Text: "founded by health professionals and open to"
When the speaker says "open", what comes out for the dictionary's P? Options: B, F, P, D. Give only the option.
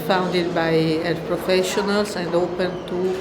P